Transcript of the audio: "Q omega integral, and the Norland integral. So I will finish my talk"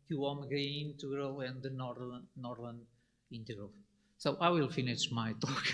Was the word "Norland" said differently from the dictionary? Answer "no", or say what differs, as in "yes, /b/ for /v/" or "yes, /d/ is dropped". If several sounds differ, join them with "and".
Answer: no